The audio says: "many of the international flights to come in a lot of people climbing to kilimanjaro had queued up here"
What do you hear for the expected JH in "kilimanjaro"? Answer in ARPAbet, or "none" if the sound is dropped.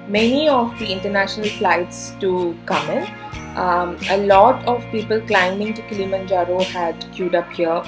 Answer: JH